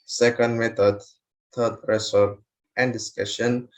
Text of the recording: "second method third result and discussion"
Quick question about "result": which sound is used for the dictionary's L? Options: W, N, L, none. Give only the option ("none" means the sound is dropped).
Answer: none